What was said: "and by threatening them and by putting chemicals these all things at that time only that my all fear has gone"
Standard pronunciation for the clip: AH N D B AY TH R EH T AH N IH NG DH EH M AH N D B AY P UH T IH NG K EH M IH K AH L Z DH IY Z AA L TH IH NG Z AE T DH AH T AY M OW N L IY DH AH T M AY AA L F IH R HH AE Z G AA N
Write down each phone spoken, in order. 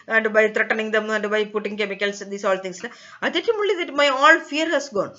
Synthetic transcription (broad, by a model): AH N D B AY T R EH T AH N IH NG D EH M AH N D B AY P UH T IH NG K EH M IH K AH L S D IY S AA L T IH NG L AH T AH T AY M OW L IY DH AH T M AY AA L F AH R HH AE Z G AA N